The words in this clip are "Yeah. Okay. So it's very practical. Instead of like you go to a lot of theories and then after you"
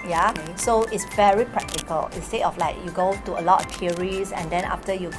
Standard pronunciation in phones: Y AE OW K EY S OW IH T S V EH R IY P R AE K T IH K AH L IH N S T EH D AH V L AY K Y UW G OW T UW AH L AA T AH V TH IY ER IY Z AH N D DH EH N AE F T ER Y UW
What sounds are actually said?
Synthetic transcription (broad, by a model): Y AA S OW IH T S V EH R IY P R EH K T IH K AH L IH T S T EH AH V L AY K Y UW G OW T UW AH L AA T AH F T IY ER IY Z AH N D EH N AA F T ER Y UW